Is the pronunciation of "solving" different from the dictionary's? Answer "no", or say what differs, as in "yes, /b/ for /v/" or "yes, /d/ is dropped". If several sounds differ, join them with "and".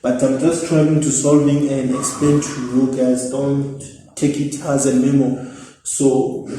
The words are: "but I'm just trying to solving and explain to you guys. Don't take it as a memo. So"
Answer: no